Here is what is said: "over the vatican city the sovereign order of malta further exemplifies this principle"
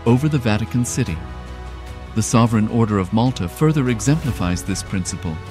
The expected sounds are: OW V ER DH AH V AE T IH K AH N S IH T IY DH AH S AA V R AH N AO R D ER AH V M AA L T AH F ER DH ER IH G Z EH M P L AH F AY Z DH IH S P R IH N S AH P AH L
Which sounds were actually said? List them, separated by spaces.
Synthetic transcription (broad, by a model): OW V ER DH AH V AE T IH K AH N S IH T IY DH AH S AA V R AH N AO R D ER AH V M AA L T AH F ER DH ER IH G Z EH M P L AH F AY Z DH IH S P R IH N S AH P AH L